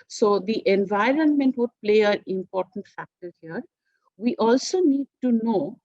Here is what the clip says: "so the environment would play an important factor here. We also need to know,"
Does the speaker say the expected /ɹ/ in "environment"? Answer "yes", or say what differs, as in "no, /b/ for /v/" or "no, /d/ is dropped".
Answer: yes